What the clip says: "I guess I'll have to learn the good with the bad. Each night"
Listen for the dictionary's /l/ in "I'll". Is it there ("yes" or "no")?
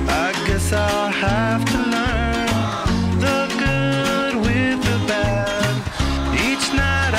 yes